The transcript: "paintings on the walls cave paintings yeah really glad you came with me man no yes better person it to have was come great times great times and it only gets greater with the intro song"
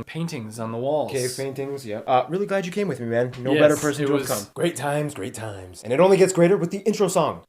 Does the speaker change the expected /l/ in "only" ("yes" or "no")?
no